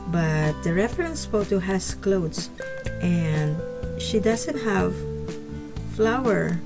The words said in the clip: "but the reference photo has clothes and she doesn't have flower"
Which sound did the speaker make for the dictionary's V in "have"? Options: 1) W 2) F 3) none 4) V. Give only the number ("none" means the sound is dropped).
4